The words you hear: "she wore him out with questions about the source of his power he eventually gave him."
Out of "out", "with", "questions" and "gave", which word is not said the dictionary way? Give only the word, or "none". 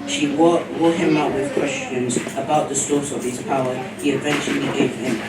none